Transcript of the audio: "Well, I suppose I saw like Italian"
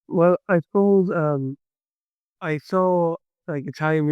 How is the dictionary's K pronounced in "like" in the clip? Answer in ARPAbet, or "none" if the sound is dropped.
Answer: K